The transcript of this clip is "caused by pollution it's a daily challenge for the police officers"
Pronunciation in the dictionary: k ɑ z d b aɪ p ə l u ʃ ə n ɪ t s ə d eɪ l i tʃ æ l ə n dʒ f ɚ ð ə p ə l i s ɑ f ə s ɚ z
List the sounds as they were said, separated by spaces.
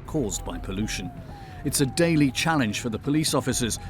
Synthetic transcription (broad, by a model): k ɑ z b aɪ p ə l u ʃ ə n ɪ t s ə d eɪ l i tʃ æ l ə n ʒ f ɚ ð ə p ə l i s ɑ f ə s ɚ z